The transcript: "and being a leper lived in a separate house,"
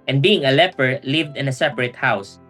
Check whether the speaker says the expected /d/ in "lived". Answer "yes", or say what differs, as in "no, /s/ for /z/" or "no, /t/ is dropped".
yes